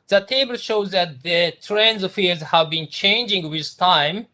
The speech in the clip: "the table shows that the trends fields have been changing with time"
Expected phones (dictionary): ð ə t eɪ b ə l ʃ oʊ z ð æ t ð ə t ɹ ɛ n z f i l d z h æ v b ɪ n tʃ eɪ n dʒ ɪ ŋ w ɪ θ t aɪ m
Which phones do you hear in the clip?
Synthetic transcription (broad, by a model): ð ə t eɪ b ə l ʃ oʊ z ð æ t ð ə t ɹ ɛ n z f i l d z h æ v b ɪ n tʃ eɪ n dʒ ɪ ŋ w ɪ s t aɪ m